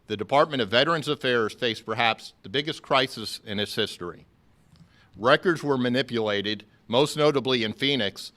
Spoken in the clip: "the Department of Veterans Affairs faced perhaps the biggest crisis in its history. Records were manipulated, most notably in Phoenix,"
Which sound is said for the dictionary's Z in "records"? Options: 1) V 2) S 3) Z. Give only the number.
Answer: 3